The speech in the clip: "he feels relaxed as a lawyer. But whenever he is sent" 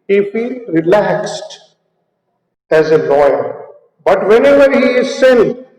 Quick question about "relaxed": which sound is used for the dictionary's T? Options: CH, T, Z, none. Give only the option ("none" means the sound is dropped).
T